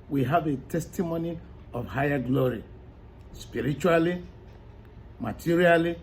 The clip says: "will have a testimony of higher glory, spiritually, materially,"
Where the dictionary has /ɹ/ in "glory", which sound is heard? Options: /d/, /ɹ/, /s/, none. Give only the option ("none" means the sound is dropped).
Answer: /ɹ/